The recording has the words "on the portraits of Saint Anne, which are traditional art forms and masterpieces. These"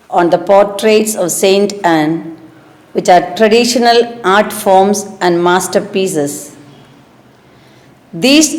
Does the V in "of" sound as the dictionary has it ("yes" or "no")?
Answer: yes